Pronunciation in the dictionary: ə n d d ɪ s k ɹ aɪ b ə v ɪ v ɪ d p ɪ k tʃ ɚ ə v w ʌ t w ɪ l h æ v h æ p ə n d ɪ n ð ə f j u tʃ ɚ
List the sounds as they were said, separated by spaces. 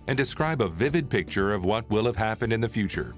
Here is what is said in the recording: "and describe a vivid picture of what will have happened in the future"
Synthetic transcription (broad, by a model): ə n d d ɪ s k ɹ aɪ b ə v ɪ v ɪ d p ɪ k tʃ ɚ ə v w ʌ t w ɪ l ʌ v h æ p ə n d ɪ n ð ə f j u tʃ ɚ